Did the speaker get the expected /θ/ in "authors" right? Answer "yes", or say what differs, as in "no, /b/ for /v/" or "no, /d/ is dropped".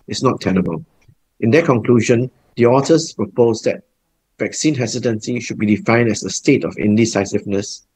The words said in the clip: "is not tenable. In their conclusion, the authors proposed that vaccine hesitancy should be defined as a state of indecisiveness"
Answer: no, /t/ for /θ/